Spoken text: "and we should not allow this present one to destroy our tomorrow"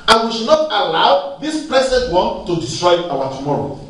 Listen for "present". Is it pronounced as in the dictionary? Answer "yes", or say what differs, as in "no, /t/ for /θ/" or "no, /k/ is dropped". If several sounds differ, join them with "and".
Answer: no, /l/ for /ɹ/